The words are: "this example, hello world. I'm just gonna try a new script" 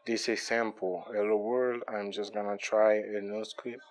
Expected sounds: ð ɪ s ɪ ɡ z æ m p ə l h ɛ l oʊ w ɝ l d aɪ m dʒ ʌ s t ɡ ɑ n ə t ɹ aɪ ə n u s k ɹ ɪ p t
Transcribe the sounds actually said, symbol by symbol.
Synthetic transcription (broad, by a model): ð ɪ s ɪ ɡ s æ m p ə l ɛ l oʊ w ɝ l d aɪ m dʒ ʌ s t ɡ ɑ n ə t ɹ aɪ ə n u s k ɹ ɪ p